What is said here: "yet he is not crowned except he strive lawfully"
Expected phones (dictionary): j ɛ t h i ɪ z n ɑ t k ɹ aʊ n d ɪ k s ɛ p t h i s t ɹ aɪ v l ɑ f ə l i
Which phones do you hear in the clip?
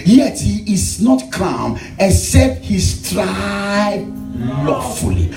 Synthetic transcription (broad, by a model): j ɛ t h i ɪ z n ɑ t k aʊ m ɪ s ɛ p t h i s t ɹ aɪ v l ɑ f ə l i